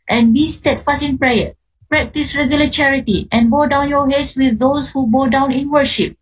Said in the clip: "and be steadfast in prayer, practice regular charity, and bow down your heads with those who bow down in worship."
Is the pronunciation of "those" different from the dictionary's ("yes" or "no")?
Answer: yes